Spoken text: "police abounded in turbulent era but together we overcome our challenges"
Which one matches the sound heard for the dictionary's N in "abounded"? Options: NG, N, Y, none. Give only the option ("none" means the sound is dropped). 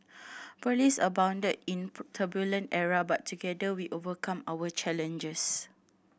N